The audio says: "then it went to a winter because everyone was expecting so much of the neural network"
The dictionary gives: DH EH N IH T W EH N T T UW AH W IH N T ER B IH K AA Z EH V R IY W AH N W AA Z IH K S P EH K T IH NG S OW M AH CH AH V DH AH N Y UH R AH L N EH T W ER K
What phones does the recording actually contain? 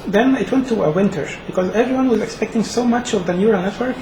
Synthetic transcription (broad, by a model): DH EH N IH T W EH N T T UW AH W IH N T ER B IH K AA Z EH V R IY W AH N W AA Z IH K S P EH K T IH NG S OW M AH CH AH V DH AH N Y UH R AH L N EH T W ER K